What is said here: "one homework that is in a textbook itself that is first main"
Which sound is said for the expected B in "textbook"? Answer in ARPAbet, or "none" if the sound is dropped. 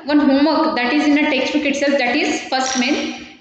none